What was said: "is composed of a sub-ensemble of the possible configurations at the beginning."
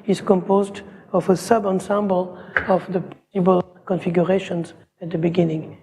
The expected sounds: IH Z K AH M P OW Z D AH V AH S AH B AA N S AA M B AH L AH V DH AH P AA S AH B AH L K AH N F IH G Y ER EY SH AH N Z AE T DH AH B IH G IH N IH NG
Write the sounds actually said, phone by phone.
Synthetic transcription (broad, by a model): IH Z K AH M P OW Z D AH V AH S AH B AA N S AA M B AH L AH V DH AH P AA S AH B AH L K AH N F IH G Y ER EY SH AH N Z AE T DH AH B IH G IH N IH NG